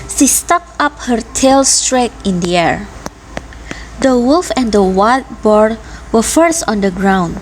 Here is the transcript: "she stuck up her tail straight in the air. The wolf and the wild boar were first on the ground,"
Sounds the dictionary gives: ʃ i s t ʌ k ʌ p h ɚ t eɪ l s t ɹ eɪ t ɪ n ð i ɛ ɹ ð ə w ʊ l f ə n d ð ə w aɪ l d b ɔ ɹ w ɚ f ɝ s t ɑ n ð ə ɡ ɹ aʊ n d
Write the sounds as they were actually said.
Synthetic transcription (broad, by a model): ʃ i s t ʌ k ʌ p h ɚ t eɪ l s t ɹ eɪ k ɪ n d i ɛ ɹ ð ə w ʊ l f ə n d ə w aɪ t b ɔ ɹ w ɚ f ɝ s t ɑ n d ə ɡ ɹ aʊ n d